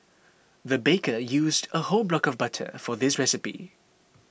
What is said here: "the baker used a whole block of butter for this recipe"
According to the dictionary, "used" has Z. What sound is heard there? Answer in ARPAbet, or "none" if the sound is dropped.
Z